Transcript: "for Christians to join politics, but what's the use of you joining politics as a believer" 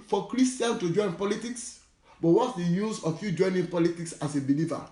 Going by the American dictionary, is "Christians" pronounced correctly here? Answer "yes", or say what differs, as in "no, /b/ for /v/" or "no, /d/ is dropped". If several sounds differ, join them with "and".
no, /z/ is dropped